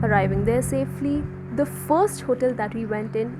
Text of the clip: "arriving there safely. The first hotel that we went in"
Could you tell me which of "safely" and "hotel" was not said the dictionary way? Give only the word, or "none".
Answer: none